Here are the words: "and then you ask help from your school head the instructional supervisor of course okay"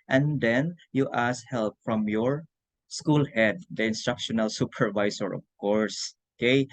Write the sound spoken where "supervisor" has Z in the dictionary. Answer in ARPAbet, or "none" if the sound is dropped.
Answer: S